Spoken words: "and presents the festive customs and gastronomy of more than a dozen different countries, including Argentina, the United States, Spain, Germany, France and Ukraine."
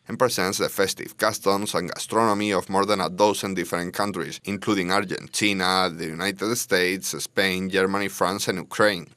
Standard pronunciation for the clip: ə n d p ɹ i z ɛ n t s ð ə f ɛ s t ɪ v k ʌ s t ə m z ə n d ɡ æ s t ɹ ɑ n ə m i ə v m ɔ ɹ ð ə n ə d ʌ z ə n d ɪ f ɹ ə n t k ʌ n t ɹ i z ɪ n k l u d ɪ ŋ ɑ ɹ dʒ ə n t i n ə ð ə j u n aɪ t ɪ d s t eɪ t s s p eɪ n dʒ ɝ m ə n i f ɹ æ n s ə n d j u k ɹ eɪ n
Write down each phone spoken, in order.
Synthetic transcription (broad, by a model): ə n p ɹ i s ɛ n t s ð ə f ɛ s t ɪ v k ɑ s t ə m s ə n ɡ æ s t ɹ ɑ n ə m i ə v m ɔ ɹ ð ə n ə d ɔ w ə n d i f ɹ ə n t k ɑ n t ɹ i s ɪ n k l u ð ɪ ŋ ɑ ɹ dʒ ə n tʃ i n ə ð ə j u n aɪ t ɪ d s t eɪ t s s p eɪ n dʒ ɝ m ə n i f ɹ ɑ n s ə n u k ɹ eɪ n